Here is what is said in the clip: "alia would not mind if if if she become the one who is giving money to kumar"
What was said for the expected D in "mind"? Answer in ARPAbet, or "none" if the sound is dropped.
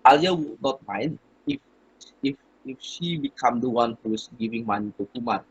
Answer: none